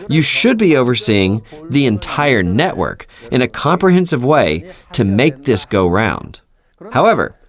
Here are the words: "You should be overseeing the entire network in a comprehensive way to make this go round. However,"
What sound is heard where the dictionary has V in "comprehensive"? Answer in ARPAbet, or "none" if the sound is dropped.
V